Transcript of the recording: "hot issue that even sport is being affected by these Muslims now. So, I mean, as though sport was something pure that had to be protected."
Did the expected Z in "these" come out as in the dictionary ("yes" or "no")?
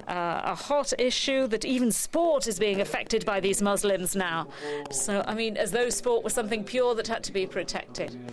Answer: yes